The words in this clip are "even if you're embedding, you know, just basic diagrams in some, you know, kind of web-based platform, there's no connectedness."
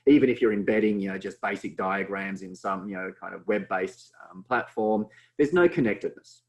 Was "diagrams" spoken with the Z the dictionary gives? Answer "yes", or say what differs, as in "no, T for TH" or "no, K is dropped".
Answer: yes